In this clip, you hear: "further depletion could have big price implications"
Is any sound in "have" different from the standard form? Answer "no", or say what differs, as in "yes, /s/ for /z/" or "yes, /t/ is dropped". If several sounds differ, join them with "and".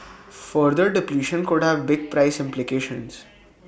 no